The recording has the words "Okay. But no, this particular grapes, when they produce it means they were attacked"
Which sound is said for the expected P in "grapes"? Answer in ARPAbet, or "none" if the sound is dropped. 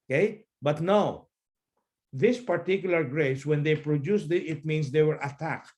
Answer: none